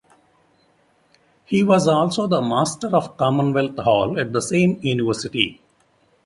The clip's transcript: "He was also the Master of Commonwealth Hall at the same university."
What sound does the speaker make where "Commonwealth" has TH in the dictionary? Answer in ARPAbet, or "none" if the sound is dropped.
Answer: T